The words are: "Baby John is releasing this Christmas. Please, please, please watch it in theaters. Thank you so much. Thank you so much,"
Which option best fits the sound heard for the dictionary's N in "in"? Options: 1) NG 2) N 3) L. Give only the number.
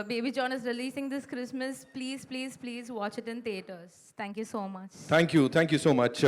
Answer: 2